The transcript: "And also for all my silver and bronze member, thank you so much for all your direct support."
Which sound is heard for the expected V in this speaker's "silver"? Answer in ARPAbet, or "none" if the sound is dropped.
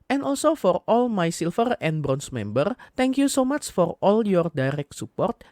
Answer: F